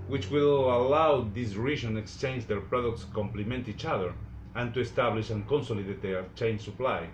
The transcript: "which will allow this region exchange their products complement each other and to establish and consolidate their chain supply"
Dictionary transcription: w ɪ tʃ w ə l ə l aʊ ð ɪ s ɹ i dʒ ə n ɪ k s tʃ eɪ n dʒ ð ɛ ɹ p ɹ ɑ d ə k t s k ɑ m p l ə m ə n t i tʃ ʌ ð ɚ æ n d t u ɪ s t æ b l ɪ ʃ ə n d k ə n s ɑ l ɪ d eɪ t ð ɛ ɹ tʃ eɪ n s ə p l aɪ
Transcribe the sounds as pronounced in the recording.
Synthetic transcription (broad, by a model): w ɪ tʃ w ə l ə l aʊ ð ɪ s ɹ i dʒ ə n ɪ k s tʃ eɪ n dʒ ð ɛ ɹ p ɹ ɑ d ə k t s k ɑ m p l ə m ə n t i tʃ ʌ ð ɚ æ n t u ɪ s t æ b l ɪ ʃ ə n k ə n s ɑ l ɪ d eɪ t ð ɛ tʃ eɪ n s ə p l aɪ